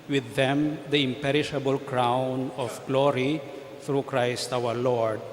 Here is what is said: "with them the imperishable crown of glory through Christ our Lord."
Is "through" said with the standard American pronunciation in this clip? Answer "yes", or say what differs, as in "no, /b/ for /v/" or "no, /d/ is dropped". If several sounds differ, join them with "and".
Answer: no, /t/ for /θ/